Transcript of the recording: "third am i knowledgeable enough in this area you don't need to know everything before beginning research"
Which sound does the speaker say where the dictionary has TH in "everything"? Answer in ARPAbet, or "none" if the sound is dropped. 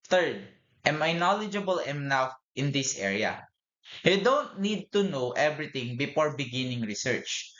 T